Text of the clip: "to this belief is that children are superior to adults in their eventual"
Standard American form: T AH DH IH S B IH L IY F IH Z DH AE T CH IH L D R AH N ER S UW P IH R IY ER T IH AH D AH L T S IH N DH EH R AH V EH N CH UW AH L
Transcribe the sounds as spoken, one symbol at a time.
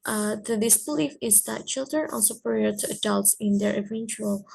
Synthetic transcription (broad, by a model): T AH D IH S B IH L IY F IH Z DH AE T CH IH L D R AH N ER S UW P IH R IY ER T IH AH D AH L T S IH N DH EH R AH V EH N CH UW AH L